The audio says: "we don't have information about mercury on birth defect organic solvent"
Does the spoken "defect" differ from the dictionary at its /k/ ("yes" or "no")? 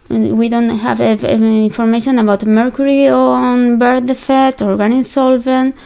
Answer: yes